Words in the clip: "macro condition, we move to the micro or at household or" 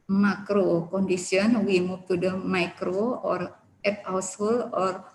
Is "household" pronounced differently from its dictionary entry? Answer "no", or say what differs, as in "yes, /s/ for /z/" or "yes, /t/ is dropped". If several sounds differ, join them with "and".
yes, /d/ is dropped